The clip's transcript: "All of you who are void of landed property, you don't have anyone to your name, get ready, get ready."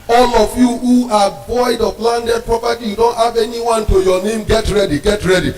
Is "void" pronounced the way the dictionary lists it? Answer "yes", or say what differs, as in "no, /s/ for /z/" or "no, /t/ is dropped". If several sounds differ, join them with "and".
no, /b/ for /v/